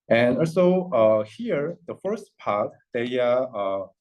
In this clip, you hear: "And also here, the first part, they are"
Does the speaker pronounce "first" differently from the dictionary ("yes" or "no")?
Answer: no